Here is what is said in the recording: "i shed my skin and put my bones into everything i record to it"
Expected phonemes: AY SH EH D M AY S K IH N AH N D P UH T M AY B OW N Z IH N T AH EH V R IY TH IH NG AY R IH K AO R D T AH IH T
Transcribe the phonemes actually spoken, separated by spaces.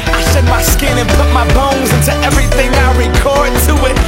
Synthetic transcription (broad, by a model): AY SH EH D M AY S K IH N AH N P UH T M AY B OW N Z IH N T AH EH V R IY TH IH NG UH R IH K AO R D T AH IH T